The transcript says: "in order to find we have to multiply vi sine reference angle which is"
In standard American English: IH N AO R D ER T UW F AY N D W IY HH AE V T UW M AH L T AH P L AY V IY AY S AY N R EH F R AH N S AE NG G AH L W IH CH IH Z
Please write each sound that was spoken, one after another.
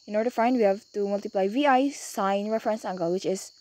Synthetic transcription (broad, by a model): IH N AO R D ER T UW F AY N D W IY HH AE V T UW M AH L T AH P L AY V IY AY S AY N R EH F R AH N S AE NG G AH L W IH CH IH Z